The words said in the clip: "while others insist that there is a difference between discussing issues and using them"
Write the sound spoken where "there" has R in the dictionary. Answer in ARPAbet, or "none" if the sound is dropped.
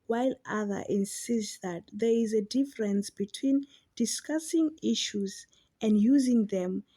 R